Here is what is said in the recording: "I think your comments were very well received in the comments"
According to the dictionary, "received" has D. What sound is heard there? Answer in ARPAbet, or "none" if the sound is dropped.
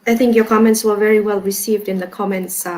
D